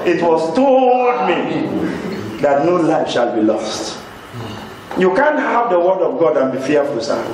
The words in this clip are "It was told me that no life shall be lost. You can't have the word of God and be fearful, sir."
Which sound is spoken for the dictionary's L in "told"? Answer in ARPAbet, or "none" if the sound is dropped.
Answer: none